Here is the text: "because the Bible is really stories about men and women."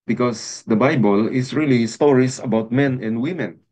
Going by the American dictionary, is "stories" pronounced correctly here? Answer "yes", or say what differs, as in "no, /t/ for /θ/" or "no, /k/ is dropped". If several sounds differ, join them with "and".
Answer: no, /s/ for /z/